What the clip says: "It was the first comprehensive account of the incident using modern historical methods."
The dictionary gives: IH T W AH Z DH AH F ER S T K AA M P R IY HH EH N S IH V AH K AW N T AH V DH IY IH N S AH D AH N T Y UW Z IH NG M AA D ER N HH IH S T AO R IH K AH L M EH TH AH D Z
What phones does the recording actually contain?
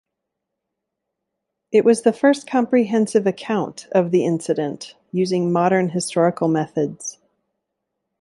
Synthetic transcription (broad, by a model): IH T W AH Z DH AH F ER S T K AA M P R IY HH EH N S IH V AH K AW N T AH V DH IY IH N S AH D AH N T Y UW Z IH NG M AA D ER N HH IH S T AO R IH K L M EH TH AH D Z